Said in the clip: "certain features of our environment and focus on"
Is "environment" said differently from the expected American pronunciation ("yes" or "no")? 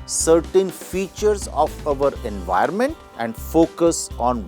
yes